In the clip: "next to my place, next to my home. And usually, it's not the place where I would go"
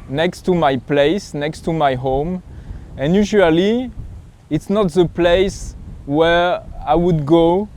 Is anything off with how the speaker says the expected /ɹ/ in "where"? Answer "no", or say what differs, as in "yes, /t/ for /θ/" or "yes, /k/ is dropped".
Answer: no